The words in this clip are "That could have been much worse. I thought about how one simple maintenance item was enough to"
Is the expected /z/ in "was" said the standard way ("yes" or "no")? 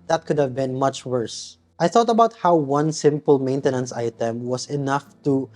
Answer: no